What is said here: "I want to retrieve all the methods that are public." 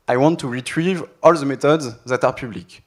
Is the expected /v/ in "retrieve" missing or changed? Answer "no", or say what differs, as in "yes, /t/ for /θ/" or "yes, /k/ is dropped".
no